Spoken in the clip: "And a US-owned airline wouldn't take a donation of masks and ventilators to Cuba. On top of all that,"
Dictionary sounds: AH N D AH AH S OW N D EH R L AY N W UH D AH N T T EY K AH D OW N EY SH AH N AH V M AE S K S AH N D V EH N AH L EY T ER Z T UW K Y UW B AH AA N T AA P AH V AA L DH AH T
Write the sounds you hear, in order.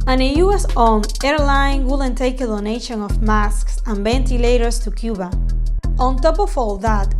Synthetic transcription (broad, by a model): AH N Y AH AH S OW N EH R L AY N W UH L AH N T T EY K AH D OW N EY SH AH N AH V M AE S K S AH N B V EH N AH L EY T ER S T UW K Y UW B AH AA N T AA P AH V AA L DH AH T